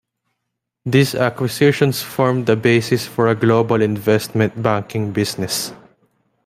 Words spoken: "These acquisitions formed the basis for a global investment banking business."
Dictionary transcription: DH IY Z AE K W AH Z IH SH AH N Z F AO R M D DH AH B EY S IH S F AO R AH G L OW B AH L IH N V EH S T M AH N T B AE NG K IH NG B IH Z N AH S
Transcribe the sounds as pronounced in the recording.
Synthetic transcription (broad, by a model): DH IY S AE K W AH S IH SH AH N S F AO R M D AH B EY S IH S F AO R AH G L OW B AH L IH N V EH S T M AH N T B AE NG K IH NG B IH S N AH S